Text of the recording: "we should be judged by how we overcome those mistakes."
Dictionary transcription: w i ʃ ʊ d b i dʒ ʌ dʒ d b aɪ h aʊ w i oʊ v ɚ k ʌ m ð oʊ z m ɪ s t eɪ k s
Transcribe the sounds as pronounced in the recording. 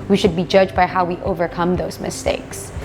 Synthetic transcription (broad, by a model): w i ʃ ʊ d b i dʒ ʌ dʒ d b aɪ h aʊ w i oʊ v ɚ k ʌ m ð oʊ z m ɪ s t eɪ k s